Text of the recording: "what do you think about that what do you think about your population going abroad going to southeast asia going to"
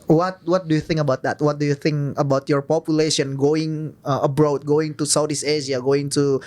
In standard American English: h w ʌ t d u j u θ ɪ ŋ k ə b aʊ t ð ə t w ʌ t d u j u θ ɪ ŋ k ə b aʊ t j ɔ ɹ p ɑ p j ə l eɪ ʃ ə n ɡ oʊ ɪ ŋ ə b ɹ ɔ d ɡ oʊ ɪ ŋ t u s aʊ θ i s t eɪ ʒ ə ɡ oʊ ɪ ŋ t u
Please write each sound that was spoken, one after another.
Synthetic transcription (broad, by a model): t w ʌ t d u j u θ ɪ ŋ k ə b aʊ t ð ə t w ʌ t d u j u θ ɪ ŋ k ə b aʊ t j ɔ ɹ p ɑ p j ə l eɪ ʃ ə n ɡ oʊ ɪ ŋ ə b ɹ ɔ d ɡ oʊ ɪ ŋ t u s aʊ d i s eɪ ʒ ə ɡ oʊ ɪ ŋ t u